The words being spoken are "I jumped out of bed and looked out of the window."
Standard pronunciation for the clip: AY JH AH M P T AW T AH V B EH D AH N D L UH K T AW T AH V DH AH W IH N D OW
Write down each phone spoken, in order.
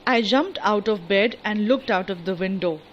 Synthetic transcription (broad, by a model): AY JH AH M P T AW T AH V B EH D AH N D L UH K T AW T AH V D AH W IH N D OW